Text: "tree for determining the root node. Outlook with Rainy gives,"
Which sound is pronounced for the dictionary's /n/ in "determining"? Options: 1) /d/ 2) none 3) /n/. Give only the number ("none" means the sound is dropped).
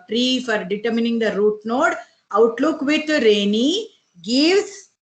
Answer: 3